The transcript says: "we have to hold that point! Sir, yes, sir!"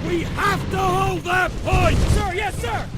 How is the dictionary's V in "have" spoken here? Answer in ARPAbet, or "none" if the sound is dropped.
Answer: F